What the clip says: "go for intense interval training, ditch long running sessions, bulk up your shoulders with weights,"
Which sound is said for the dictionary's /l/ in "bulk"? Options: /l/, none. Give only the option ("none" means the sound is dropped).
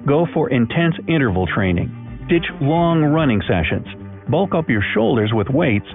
/l/